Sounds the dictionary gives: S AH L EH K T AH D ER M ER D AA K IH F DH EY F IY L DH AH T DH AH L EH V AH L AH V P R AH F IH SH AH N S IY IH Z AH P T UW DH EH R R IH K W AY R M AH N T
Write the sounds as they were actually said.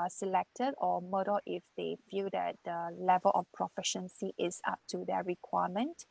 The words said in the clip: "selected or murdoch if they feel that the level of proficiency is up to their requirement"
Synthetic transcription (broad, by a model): S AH L EH K T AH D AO M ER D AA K IH F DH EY F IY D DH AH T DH AH L EH V AH L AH F P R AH F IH SH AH N S IY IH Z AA P T UW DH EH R R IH K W AY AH M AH N T